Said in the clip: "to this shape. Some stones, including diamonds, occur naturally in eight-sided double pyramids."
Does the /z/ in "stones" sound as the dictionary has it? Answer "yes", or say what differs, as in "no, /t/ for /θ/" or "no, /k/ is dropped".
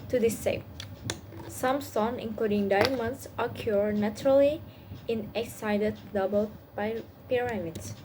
no, /z/ is dropped